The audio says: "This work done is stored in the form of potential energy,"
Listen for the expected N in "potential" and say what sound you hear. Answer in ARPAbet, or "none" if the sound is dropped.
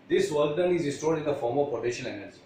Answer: none